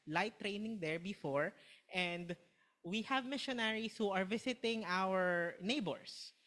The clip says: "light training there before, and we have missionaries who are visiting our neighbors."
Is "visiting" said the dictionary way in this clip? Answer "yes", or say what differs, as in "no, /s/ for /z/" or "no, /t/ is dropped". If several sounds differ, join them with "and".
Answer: no, /s/ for /z/